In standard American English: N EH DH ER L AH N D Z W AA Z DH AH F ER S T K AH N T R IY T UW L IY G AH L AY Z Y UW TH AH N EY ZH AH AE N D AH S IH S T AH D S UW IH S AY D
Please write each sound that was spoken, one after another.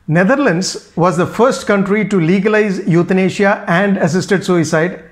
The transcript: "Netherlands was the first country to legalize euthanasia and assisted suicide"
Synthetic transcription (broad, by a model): N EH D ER L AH N D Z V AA Z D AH F ER S T K AH N T R IY T UW L IY G AH L AY Z Y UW T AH N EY SH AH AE N D AH S IH S T AH D S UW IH S AY D